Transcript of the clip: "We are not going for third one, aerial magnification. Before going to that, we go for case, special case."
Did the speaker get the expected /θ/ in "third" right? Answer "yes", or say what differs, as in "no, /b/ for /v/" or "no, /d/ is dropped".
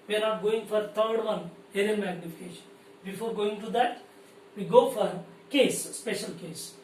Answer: no, /t/ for /θ/